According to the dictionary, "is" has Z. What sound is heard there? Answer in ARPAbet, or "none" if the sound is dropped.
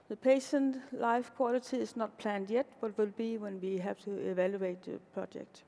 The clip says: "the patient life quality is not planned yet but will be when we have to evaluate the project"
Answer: S